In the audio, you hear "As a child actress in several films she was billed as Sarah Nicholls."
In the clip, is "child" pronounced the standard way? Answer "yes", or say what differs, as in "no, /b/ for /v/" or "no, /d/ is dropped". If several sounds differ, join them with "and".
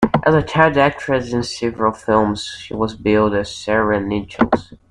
no, /l/ is dropped